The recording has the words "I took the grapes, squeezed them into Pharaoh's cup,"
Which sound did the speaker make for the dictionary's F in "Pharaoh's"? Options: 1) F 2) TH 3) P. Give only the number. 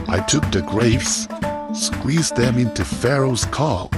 1